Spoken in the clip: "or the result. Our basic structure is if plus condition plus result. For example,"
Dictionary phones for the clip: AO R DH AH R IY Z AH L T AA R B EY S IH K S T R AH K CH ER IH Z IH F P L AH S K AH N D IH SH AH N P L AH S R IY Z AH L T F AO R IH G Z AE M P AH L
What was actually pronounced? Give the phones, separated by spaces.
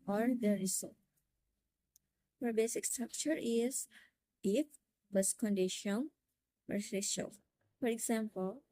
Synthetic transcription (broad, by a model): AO R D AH R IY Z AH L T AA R B EY S IH K S T R AH K CH ER IH Z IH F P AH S K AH N D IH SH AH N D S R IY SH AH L F AO R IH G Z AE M P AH L